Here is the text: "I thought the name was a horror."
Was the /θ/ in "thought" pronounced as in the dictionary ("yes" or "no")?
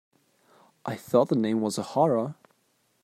yes